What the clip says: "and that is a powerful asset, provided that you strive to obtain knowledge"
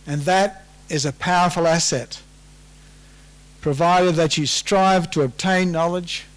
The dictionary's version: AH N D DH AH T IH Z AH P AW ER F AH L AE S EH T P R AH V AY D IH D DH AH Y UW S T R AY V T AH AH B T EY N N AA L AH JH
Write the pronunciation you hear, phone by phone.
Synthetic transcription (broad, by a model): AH N DH AH T IH Z AH P AW ER F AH L AE S EH T P R AH V AY D IH D DH AH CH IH S T R AY V T AH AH B T EY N N AA L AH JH